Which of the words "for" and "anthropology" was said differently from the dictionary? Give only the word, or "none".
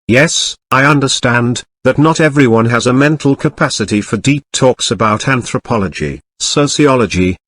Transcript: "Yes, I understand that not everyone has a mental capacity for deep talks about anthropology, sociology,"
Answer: none